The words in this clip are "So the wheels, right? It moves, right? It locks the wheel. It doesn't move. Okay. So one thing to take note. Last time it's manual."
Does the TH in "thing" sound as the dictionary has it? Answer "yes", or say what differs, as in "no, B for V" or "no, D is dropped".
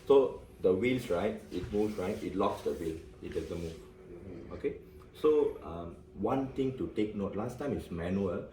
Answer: no, T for TH